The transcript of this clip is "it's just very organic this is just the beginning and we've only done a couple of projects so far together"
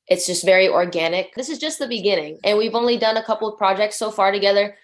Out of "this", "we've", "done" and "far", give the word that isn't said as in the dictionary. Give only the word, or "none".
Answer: none